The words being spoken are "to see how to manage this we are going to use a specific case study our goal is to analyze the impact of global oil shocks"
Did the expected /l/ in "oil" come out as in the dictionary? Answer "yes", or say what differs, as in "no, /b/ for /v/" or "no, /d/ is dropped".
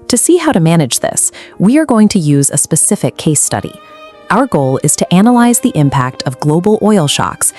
yes